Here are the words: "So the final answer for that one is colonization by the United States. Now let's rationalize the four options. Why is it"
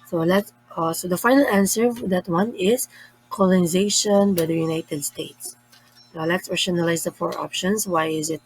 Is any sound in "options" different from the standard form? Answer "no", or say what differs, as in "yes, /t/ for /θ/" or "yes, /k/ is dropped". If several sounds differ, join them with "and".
yes, /s/ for /z/